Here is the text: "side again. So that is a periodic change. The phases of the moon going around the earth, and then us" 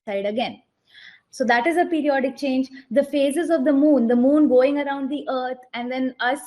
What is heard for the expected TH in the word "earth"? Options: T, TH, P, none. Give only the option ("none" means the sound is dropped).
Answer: T